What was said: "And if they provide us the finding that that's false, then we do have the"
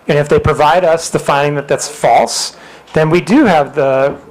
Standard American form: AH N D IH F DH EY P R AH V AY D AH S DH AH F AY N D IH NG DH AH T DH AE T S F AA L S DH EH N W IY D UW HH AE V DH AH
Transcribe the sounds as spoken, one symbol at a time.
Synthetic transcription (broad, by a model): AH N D IH F DH EY P R AH V AY D AH S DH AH F AY N D IH NG DH AH T DH AE T S F AA L S DH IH N W IY D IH V DH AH